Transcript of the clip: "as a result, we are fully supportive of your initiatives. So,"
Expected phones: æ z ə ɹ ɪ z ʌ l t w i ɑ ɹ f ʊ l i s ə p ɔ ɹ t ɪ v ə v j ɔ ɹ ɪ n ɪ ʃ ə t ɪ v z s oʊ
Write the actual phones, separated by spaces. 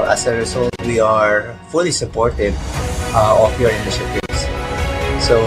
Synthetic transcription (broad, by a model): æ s ə ɹ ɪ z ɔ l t w i ɑ ɹ f ʊ l i s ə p ɔ ɹ t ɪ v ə f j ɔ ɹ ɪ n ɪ s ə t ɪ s s oʊ